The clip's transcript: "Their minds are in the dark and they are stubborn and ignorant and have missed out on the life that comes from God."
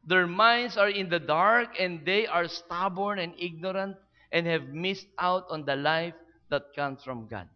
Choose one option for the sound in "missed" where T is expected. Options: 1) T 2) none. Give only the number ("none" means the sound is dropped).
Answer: 1